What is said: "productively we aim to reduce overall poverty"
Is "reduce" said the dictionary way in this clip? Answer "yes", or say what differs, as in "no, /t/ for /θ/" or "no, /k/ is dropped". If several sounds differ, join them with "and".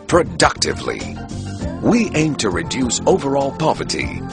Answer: yes